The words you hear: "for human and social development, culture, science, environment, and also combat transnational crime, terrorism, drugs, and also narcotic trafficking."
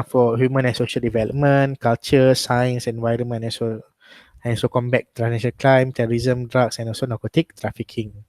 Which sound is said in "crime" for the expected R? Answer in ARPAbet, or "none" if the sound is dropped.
L